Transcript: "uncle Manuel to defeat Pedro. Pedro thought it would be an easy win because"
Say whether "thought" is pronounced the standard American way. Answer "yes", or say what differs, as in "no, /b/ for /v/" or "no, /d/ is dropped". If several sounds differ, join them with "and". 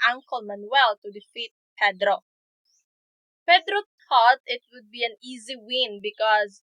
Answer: no, /t/ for /θ/